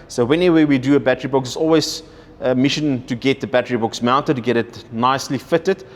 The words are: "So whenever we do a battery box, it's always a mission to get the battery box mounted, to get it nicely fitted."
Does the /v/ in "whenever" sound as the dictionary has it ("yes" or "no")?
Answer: no